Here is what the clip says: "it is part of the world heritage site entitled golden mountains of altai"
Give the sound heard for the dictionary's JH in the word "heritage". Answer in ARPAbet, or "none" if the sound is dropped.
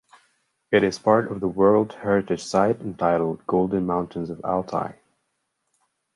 ZH